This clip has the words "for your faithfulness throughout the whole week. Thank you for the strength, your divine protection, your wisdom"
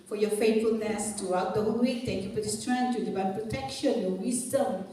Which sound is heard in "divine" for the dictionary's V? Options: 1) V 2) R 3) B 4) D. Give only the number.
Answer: 3